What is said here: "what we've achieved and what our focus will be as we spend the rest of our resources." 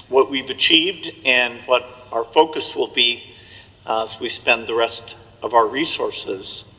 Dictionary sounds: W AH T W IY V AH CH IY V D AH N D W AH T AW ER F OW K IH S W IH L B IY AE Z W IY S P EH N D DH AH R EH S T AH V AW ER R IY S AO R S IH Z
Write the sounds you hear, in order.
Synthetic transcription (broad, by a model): W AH T W IY V AH CH IY V D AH N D W AH T AW ER F OW K IH S W IH L B IY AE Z W IY S P EH N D DH AH R EH S T AH V AW ER R IY S AO R S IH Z